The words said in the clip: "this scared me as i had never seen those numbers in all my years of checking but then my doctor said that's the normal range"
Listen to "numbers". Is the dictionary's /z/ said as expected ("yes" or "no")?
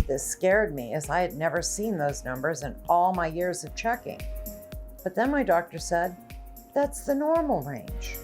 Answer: yes